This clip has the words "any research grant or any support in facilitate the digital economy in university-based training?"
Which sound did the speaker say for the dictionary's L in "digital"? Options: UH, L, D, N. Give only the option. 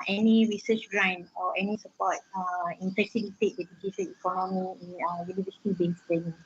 N